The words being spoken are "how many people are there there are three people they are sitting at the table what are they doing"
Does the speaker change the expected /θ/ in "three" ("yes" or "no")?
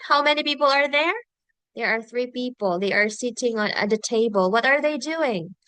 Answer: no